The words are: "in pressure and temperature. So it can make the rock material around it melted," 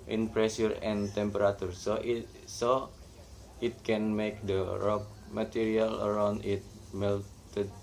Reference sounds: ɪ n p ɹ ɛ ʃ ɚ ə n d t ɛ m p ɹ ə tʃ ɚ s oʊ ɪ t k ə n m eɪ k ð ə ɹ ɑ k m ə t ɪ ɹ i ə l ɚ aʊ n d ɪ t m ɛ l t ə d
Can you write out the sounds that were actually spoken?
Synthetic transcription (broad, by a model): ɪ n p ɹ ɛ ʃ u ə n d t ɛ m p ɹ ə s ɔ s oʊ ɪ t k ə n m eɪ k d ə ɹ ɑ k m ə t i ɹ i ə l ɚ aʊ n d ɪ t m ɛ l t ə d